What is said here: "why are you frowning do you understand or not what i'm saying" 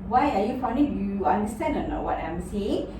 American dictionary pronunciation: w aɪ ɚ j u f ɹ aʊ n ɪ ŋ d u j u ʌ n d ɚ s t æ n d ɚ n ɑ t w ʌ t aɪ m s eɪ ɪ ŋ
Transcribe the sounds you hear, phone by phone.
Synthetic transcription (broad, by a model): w aɪ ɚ j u f aʊ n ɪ j u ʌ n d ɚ s t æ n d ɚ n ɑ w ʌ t aɪ m s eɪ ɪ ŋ